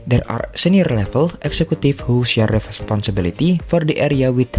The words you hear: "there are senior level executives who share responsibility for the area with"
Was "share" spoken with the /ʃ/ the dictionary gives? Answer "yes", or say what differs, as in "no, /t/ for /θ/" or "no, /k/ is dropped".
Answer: no, /s/ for /ʃ/